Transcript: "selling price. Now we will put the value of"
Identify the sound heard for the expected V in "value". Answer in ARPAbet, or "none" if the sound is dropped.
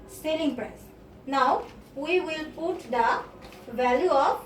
V